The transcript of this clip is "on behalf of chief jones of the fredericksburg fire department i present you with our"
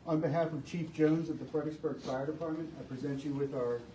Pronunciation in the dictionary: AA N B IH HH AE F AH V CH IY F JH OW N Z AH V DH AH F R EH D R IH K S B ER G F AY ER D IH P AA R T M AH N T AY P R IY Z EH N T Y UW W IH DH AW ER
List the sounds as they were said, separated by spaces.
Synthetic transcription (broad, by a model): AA N B IH HH AE F AH V CH IY F JH OW N Z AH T DH AH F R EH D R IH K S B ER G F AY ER D IH P AA R T M AH N T AY P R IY Z EH N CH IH W IH DH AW ER